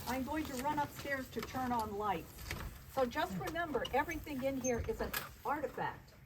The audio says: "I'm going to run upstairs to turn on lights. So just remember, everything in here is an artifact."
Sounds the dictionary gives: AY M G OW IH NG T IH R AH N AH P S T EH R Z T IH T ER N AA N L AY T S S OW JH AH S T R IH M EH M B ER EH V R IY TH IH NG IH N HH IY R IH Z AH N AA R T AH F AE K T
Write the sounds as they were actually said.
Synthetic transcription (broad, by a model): AY M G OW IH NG T IH R AH N AH P S T EH R Z T IH T ER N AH N L AY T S S OW JH AH S T R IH M EH M B ER EH V R IY TH IH NG IH N HH IY R IH Z AH N AA R T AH F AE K T